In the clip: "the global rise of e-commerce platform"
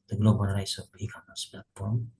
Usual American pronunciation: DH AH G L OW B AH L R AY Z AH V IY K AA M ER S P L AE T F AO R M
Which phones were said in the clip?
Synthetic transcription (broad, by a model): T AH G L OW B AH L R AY S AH P IY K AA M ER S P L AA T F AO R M